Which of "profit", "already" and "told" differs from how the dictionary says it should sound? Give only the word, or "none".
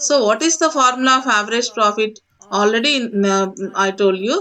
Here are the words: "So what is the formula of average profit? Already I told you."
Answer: none